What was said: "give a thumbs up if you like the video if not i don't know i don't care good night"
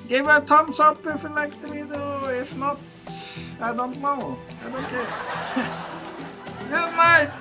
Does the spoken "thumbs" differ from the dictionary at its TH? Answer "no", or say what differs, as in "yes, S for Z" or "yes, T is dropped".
yes, T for TH